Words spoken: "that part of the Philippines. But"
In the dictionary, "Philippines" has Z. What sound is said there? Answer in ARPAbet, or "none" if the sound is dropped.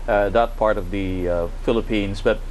Z